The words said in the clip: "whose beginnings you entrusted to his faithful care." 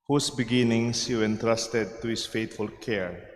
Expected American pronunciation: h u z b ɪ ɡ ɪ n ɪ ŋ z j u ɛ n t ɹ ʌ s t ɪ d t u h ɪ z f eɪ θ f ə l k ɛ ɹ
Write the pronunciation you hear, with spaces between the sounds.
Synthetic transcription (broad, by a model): h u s b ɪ ɡ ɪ n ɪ ŋ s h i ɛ n t ɹ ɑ s t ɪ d t u h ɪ s f eɪ t f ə l k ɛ ɹ